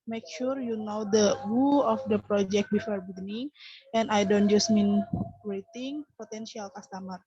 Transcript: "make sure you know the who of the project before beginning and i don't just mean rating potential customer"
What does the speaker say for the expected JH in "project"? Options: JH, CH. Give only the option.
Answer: JH